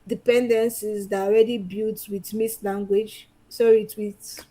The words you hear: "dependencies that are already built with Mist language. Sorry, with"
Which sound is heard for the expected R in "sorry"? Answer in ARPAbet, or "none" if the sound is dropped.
none